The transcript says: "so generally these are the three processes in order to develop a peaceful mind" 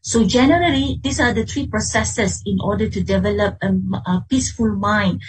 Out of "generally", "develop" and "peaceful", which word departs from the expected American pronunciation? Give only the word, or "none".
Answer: none